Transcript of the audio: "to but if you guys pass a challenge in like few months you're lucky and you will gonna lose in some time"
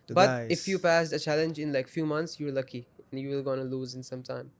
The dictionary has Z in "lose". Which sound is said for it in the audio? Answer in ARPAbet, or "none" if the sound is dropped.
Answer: Z